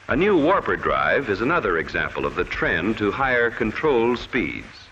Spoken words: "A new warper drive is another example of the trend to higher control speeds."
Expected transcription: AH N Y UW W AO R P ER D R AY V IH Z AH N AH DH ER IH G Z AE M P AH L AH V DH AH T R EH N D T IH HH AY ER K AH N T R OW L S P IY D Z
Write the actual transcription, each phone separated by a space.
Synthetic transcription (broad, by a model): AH N Y UW W AO R P ER D R AY V IH Z AH N AH DH ER IH G Z AE M P AH L AH V DH AH T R EH N T IH HH AY ER K AH N T R OW L S P IY D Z